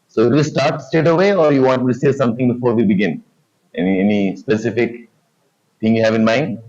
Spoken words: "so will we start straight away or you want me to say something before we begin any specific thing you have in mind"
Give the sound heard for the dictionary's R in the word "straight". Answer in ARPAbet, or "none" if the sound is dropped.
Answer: none